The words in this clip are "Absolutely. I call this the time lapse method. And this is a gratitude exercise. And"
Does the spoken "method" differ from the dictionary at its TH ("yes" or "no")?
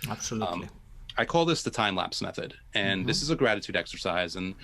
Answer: no